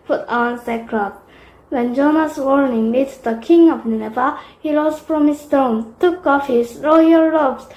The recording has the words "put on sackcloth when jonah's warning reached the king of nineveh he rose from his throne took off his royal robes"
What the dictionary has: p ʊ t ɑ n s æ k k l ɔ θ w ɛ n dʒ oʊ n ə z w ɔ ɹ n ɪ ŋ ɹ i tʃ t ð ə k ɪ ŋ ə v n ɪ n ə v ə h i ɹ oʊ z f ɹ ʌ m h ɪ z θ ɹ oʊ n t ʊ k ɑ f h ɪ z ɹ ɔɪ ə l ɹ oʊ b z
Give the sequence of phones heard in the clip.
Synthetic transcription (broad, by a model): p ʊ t ɑ n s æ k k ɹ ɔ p w ɛ n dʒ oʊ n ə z w ɔ ɹ n ɪ ŋ l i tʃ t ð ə k ɪ ŋ ə v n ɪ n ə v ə h i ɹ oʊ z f ɹ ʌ m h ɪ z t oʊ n t ʊ k ɑ f h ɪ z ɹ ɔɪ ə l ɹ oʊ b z